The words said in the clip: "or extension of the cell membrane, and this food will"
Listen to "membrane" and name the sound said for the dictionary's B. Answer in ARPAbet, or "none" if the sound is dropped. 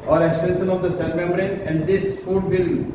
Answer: none